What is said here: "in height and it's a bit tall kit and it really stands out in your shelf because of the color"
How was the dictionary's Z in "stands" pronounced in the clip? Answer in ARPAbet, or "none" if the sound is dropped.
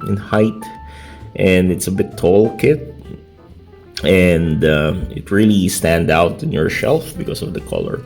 none